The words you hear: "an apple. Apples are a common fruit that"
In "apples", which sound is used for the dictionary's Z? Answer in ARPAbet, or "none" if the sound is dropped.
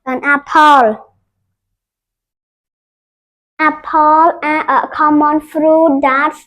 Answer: none